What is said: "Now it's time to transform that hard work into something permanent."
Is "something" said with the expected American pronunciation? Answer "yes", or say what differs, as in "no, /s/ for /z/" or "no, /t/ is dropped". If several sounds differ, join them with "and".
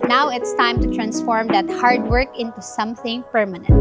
yes